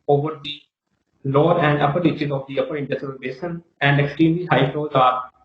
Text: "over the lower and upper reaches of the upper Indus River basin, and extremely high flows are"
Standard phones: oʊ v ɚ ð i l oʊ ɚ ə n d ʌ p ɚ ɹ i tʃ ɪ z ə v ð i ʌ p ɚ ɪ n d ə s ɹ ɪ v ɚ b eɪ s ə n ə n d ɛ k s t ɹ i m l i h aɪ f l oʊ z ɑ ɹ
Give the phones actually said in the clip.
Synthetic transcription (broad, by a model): oʊ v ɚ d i l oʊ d ə n d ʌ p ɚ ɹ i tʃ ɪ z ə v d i ʌ p ɚ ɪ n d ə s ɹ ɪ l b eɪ ʃ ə n ə n d ɛ k s t ɹ i m l i h aɪ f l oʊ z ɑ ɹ